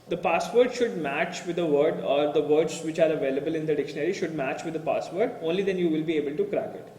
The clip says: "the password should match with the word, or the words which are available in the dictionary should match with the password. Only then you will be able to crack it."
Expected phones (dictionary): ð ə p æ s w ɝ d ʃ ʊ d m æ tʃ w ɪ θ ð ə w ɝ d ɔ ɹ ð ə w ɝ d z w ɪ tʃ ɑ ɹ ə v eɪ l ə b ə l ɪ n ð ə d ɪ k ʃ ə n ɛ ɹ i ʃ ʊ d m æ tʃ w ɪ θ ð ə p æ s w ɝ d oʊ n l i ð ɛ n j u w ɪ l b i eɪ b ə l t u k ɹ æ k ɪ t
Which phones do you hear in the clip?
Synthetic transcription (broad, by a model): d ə p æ s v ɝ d ʃ ʊ d m æ tʃ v ɪ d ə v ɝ d ɔ ɹ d ə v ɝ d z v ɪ tʃ ɑ ɹ ə v eɪ l ə b ə l ɪ n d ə d ɪ k ʃ ə n ɛ ɹ i ʃ ʊ d m æ tʃ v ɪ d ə p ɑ s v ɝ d oʊ n l i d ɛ n j u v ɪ l b i eɪ b ə l t u k ɹ æ k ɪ t